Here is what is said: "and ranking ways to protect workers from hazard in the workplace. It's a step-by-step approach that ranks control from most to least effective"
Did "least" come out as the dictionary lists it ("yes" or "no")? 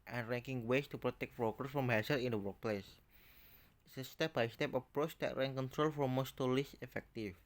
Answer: no